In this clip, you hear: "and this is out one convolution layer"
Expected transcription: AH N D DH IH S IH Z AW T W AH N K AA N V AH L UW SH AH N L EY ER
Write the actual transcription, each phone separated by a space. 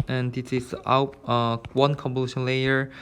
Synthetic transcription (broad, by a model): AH N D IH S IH S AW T W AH N K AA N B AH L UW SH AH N L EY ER